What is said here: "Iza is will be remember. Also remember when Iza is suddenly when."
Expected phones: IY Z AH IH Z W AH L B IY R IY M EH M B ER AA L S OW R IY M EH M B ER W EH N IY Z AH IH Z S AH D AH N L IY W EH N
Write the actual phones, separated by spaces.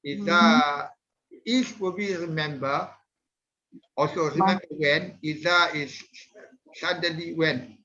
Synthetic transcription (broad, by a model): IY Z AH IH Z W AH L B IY R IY M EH M B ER AA L S OW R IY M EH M B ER W EH N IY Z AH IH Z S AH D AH L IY W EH N